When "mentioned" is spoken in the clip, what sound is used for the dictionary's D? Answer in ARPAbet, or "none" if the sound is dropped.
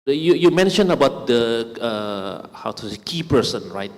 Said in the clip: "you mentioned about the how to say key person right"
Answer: none